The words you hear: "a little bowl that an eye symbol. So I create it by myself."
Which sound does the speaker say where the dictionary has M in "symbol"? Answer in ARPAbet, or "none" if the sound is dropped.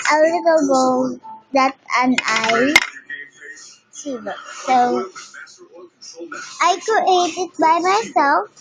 none